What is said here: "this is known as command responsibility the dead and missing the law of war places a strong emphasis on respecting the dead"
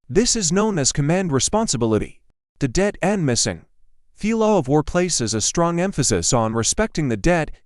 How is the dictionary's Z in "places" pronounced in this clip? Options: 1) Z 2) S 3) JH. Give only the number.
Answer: 1